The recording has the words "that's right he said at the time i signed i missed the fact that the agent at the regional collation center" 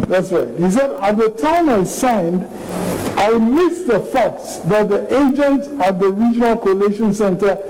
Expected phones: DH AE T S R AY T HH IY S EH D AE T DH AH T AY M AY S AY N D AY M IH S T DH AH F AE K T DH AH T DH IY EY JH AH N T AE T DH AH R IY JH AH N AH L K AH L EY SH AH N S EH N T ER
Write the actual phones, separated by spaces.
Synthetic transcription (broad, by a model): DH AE T S R AY T HH IY S EH D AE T DH AH T AY M AY S AY N D AY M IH S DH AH F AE K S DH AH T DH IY EY JH AH N T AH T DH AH R IY JH AH N AH L K AH L EY SH AH N S EH N T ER